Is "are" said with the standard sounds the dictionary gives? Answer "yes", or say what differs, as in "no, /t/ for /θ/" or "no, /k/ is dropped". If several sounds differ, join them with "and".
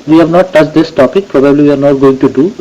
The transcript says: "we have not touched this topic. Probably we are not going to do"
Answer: yes